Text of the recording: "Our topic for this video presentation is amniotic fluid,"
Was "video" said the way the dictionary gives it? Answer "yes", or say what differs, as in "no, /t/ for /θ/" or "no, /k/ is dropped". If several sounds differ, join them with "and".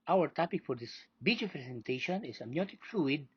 no, /b/ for /v/